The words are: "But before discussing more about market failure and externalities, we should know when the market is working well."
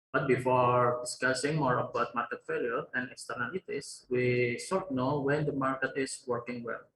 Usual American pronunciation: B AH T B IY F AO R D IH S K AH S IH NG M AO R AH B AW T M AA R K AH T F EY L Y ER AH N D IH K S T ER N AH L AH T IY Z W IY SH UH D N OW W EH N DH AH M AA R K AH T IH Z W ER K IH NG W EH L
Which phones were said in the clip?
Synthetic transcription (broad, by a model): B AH T B IY F AO R D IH S K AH S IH NG M AO R AH B AW T M AA R K AH T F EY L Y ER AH N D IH K S T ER N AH L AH T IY S W IY S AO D N OW W EH N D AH M AA R K AH T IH S W ER K IH NG W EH L